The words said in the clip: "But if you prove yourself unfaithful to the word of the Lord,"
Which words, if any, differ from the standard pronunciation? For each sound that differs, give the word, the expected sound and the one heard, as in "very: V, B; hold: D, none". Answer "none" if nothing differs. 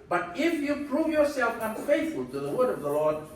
none